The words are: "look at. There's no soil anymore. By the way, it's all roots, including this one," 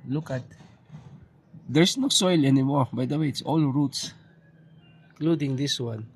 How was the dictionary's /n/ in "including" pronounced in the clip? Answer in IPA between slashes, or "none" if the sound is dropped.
none